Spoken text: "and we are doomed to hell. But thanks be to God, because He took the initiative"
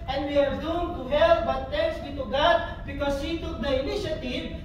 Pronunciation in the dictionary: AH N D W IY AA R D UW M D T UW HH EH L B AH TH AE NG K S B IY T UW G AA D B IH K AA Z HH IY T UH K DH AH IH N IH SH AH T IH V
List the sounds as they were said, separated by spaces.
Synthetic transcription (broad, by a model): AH N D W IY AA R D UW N T UW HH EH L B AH T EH K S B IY T UW G AA D B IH K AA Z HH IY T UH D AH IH N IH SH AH T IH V